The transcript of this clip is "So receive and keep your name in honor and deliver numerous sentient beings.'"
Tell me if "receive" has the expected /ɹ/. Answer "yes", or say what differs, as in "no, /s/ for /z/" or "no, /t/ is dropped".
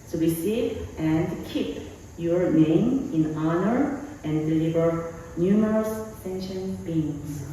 no, /w/ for /ɹ/